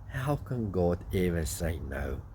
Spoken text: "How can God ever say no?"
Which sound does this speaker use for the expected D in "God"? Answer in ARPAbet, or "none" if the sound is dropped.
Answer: D